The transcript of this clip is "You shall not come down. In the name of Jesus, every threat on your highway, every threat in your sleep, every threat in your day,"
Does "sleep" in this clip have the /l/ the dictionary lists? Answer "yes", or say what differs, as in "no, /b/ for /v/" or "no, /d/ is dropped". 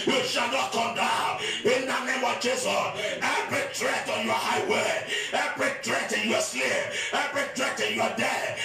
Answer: no, /l/ is dropped